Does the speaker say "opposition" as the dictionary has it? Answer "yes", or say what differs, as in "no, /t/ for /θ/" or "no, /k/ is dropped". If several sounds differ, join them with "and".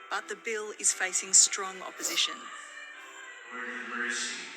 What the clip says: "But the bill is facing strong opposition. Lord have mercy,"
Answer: yes